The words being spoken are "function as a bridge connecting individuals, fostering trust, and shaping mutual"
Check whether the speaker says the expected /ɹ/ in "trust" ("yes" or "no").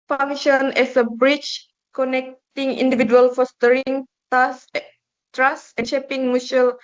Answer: no